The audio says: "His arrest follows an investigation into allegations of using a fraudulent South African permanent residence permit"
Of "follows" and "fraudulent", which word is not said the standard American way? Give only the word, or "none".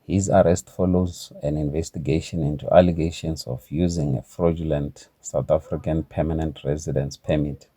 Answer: none